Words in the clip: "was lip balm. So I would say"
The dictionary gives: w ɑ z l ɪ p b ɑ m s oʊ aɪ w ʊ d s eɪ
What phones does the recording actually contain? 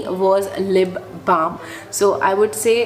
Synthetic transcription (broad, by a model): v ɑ z l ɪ b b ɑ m s oʊ aɪ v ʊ d s eɪ